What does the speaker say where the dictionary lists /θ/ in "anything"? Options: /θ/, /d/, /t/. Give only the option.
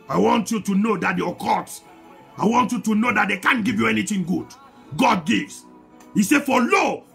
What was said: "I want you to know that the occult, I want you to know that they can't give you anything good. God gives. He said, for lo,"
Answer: /t/